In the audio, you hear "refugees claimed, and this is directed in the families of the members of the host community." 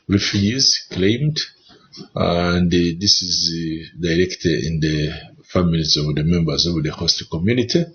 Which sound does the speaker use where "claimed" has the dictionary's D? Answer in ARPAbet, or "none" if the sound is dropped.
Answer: D